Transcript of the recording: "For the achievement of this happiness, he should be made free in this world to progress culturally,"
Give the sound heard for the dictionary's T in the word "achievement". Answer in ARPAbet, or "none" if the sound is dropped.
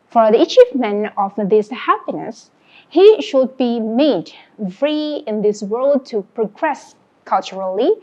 none